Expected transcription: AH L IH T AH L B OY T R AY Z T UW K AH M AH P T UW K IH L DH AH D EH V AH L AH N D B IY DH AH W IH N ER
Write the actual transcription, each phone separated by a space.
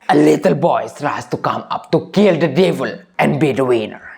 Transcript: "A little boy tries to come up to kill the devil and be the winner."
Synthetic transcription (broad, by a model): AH L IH T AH L B OY S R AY S T UW K AH M AH P T UW K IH L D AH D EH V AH L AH N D B IY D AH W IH N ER